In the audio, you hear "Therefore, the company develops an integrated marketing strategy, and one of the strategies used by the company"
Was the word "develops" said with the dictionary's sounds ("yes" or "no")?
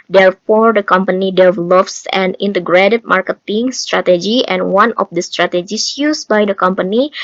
yes